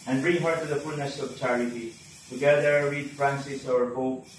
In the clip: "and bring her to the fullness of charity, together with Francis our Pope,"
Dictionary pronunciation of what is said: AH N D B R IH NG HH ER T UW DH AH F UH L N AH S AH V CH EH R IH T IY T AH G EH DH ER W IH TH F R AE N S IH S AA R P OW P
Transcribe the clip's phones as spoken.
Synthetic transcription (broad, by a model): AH N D B R IH NG HH ER T UW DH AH F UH L N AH S AH V CH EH R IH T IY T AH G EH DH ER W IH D F R AE N S IH S AA R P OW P